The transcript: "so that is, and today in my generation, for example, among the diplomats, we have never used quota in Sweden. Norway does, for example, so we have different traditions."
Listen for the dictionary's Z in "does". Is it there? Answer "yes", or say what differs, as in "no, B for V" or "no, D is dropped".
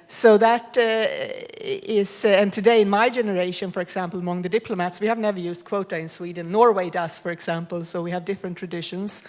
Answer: no, S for Z